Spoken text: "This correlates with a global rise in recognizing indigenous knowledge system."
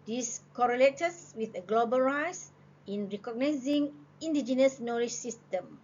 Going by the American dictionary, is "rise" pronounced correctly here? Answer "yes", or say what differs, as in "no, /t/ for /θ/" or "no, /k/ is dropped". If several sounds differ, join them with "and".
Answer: no, /s/ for /z/